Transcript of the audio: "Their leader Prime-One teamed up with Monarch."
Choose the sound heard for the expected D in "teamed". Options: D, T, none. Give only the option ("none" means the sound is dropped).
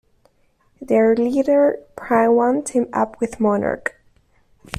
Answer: none